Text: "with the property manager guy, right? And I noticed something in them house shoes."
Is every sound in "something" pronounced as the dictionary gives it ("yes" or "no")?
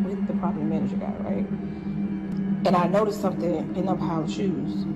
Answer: yes